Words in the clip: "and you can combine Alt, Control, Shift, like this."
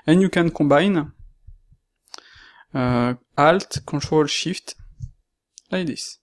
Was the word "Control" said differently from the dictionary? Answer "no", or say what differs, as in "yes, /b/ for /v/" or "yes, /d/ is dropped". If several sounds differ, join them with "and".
yes, /n/ is dropped